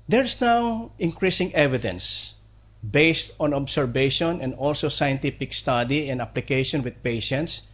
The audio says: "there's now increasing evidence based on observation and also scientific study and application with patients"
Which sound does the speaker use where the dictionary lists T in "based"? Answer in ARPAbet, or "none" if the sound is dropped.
T